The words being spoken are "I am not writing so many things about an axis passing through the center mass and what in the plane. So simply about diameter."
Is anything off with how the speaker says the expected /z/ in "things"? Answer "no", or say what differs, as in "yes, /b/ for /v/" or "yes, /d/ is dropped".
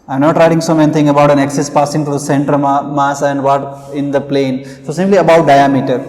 yes, /z/ is dropped